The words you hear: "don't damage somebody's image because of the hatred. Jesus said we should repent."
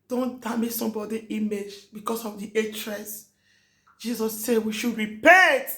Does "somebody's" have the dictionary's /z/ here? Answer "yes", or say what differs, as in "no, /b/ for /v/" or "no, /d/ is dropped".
no, /z/ is dropped